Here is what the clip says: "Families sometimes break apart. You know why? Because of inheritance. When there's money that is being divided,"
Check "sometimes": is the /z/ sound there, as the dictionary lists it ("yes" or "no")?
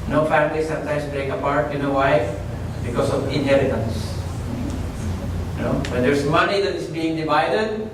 no